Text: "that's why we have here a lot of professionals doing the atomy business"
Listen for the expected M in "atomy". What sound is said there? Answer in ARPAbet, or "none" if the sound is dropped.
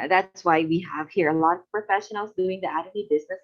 none